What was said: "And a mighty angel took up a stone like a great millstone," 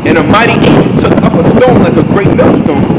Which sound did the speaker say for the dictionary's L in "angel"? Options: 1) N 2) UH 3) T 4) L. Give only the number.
1